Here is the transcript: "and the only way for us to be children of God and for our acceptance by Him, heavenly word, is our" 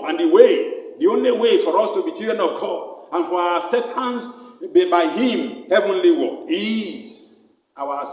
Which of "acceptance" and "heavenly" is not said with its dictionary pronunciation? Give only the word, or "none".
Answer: acceptance